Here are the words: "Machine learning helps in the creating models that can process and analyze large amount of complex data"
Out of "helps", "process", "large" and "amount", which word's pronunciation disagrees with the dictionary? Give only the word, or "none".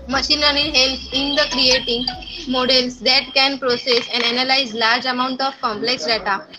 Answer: helps